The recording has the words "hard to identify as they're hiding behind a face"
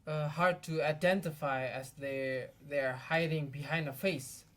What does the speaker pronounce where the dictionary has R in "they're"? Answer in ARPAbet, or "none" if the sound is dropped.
R